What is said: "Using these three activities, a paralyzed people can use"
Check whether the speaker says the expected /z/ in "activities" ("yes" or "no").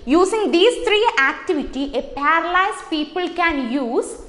no